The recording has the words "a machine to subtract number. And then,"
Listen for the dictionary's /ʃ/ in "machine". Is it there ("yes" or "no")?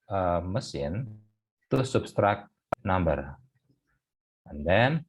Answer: no